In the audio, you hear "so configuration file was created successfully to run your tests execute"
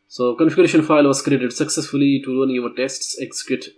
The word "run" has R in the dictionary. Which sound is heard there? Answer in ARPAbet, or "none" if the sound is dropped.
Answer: L